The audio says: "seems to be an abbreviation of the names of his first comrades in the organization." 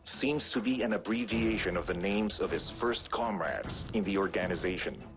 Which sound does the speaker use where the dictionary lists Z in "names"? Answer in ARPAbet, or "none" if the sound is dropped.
Z